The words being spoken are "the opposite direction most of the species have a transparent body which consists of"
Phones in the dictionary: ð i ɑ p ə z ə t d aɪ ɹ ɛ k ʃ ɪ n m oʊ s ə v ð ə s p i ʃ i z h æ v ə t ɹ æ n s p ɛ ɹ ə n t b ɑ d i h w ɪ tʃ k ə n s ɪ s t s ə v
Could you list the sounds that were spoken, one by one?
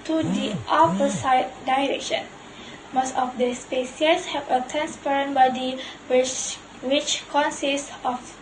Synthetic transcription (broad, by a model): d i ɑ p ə s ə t d aɪ ɹ ɛ k ʃ ɪ n m oʊ s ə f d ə s p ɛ s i s h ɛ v ə t ɹ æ n s p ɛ ɹ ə n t b ɑ d i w w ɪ tʃ k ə n s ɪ s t ə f